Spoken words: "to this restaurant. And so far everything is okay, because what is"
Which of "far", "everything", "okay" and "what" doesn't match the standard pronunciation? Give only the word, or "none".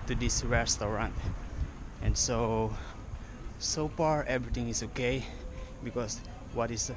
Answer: everything